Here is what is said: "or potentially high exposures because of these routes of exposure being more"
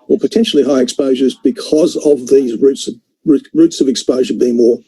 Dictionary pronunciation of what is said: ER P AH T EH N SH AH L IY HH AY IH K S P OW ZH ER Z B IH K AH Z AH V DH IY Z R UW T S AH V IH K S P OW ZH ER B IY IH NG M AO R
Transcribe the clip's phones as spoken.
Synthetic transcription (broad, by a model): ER P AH T EH N SH L IY HH AY IH K S P OW ZH ER Z B IH K AH Z AH V DH IY Z R UW T S AH V IH K S P OW ZH ER B IY IH NG M AO R